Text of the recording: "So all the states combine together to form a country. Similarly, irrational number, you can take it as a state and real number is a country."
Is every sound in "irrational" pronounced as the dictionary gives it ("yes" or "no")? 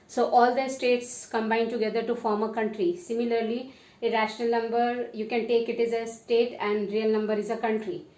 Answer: yes